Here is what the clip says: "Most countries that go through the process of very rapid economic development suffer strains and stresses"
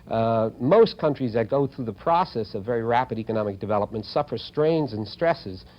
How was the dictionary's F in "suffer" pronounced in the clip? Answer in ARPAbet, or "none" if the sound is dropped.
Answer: F